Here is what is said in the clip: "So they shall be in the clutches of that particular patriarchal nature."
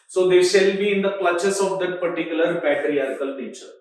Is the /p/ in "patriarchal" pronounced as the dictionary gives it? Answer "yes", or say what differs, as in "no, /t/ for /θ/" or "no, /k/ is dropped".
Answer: no, /b/ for /p/